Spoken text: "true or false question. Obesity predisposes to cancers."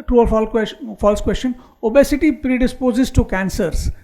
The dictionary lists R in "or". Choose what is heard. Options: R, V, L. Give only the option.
L